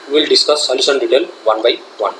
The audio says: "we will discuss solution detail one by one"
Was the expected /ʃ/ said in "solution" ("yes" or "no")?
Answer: no